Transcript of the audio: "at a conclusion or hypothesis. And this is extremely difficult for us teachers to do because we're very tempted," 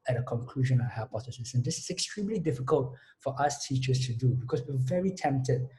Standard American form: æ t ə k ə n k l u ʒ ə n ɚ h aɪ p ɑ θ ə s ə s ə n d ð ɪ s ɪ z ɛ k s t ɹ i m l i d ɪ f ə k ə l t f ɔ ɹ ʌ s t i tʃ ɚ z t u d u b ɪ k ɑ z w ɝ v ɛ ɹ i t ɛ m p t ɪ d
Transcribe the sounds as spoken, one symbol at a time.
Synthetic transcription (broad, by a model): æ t ə k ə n k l u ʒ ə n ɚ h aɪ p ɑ f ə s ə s ə n d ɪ s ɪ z ɛ k s t ɹ i m l i d ɪ f ə k ə l t f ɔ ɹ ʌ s t i tʃ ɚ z t u d u b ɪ k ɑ s w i v ɛ ɹ i t ɛ m p t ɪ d